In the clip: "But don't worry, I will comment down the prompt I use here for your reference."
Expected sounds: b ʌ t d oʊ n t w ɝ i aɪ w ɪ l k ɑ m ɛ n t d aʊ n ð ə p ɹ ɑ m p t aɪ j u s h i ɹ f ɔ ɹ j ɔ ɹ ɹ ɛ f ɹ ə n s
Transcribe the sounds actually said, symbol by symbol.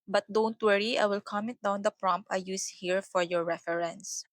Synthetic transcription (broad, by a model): b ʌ t d oʊ n t w ɝ i aɪ w ɪ l k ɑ m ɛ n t d aʊ n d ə p ɹ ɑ m p aɪ j u s h i ɹ f ɔ ɹ j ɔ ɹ ɹ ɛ f ɹ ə n s